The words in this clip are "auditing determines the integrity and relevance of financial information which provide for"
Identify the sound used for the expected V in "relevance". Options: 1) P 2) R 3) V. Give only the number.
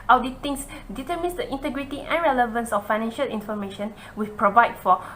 3